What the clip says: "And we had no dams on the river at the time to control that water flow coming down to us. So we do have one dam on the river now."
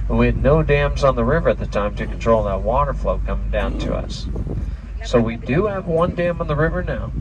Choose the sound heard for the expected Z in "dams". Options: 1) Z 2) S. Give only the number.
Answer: 1